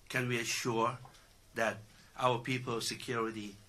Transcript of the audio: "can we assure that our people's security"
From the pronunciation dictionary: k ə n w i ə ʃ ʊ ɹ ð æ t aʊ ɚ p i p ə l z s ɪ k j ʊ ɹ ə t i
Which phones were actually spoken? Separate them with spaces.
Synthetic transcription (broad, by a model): k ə n w i ə ʃ ʊ ɹ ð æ t aʊ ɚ p i p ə l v s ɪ k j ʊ ɹ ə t i